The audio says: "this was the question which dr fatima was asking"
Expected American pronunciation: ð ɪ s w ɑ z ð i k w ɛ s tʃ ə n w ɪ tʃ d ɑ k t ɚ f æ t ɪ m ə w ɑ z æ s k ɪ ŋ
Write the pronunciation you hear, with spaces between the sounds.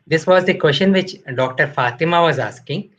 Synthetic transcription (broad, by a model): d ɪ s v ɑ z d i k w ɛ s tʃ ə n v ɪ tʃ d ɑ k t ɚ f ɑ t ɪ m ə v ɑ z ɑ s k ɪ ŋ